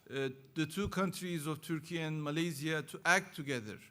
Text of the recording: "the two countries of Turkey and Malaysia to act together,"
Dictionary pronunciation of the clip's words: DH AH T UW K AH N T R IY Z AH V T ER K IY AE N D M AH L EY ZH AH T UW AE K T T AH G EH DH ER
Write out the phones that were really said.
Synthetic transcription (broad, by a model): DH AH T UW K AH N T R IY Z AH V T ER K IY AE N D M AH L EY Z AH T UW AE K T T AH G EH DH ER